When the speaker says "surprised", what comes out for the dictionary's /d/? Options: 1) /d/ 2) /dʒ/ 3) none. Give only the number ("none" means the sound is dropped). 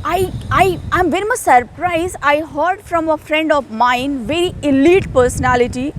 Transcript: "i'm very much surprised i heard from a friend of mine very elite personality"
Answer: 3